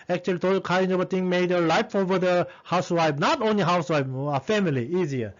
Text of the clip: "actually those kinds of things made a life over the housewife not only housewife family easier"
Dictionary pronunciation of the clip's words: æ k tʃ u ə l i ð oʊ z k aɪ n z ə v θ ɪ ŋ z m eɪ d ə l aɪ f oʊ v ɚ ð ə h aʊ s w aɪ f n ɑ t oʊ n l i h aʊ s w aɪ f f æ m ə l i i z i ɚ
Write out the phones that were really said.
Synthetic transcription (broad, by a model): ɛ k tʃ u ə l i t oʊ k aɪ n ə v t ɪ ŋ m eɪ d ə l aɪ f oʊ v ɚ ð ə h aʊ s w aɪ p n ɑ t oʊ n l i h aʊ s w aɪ p f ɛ m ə l i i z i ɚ